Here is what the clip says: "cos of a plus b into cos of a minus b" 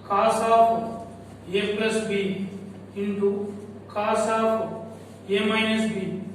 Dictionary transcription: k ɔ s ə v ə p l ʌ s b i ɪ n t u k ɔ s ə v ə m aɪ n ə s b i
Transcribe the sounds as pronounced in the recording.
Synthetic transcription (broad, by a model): k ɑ s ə p ə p ɛ s b i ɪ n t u k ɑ s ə p ə m aɪ n ə s b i